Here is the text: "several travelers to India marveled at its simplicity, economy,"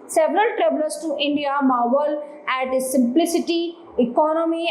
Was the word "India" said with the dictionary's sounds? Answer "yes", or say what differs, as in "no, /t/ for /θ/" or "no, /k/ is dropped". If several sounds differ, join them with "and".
yes